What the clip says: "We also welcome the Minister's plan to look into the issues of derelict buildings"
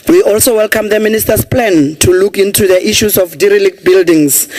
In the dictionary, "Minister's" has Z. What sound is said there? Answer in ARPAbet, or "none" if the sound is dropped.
S